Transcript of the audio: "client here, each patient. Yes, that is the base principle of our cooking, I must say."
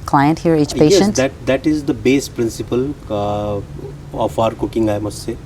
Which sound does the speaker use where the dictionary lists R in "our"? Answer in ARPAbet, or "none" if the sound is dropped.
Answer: R